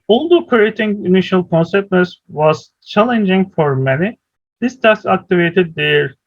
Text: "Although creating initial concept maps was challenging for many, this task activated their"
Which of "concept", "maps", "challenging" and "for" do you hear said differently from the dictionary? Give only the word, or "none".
maps